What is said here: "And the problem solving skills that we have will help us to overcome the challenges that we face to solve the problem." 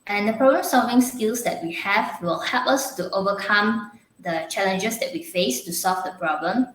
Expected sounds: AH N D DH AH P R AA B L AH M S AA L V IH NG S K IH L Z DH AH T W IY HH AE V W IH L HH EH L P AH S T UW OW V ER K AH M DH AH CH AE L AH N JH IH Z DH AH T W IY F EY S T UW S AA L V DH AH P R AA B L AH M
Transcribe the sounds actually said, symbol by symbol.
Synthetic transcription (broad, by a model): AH N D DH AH P R AA B L AH M S AA L V IH NG S K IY L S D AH T W IY HH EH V W IH L HH EH L P AH S T UW OW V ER K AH M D AH CH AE L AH N JH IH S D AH T W IY F EY S T UW S AA L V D AH P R AA B L AH M